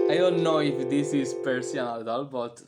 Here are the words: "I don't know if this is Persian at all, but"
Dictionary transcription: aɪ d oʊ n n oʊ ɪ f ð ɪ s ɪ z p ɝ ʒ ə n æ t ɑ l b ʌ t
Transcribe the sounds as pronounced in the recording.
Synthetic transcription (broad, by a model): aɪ d oʊ n n oʊ ɪ f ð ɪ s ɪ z p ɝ s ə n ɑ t ɑ l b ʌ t